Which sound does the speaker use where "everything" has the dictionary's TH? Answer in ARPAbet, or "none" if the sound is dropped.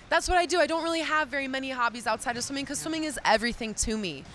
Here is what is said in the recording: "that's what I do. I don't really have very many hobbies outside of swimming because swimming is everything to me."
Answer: TH